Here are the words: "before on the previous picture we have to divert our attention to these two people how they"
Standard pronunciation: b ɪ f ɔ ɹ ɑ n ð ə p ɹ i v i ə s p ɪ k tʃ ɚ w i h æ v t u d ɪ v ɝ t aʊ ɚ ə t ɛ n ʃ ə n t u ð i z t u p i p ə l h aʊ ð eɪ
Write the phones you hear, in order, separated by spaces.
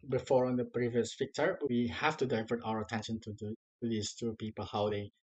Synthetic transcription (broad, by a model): b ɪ f ɔ ɹ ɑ n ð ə p ɹ i v i ə s f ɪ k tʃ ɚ w i h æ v t u d ɪ v ɝ t aʊ ɚ ə t ɛ n ʃ ə n t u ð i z t u p i p ə l h aʊ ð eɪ